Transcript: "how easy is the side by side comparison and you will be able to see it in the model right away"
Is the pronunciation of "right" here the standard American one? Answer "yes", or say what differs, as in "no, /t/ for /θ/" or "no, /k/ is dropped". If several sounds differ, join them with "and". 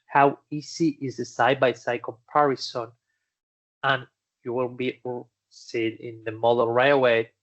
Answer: no, /t/ is dropped